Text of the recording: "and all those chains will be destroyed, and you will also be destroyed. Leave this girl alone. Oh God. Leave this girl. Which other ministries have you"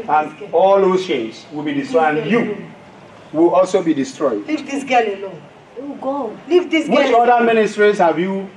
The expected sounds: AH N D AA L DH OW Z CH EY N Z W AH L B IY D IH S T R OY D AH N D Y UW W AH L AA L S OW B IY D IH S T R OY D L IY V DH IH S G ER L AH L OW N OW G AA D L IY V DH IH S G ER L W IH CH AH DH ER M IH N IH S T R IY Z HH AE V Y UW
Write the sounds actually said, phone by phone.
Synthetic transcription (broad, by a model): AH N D AA L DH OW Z SH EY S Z W AH L B IY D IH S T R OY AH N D Y UW W AH L AA L S OW B IY D IH S T R OY D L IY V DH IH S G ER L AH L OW OW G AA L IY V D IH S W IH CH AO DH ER M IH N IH S T R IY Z HH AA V Y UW